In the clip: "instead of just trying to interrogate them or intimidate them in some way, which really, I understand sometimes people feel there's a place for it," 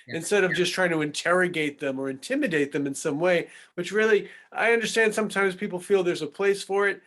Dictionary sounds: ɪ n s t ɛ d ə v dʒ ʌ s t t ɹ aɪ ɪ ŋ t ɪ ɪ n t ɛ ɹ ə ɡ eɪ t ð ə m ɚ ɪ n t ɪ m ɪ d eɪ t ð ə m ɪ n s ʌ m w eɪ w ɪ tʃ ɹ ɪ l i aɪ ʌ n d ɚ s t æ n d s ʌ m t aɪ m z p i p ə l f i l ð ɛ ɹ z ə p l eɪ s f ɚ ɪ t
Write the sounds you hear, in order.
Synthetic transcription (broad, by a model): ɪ n s t ɛ d ə v dʒ ʌ s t t ɹ aɪ ɪ ŋ t ɪ ɪ n t ɛ ɹ ə ɡ eɪ t ð ə m ɚ ɪ n t ɪ m ɪ d eɪ t ð ə m ɪ n s ʌ m w eɪ w ɪ tʃ ɹ ɪ l i aɪ ʌ n d ɚ s t æ n d s ʌ m t aɪ m z p i p l f i l ð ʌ ɹ z ə p l eɪ s f ɚ ɪ t